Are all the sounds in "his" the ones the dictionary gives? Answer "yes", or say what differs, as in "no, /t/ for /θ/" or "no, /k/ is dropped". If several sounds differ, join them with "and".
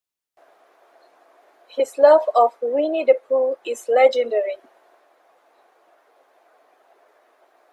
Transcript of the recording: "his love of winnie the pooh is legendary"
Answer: no, /s/ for /z/